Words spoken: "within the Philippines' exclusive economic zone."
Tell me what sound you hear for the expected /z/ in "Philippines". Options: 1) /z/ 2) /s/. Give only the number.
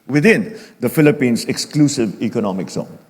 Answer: 2